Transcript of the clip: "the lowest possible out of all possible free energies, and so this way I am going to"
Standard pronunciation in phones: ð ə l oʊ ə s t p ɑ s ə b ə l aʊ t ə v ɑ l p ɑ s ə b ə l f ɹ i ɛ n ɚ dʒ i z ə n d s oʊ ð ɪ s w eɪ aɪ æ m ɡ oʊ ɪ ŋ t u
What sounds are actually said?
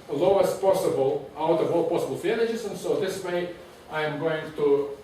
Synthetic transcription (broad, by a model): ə l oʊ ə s p ɑ s ə b ə l aʊ t ə v ɑ l p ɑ s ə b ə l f æ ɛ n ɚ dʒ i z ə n s oʊ ð ɪ s w eɪ aɪ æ m ɡ oʊ ɪ ŋ t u